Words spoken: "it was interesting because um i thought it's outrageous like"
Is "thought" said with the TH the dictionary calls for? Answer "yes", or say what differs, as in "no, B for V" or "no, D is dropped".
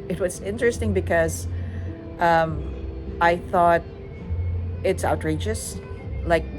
yes